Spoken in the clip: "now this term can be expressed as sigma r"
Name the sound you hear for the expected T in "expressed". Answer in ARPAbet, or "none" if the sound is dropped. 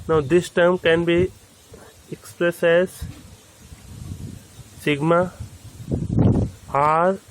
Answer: none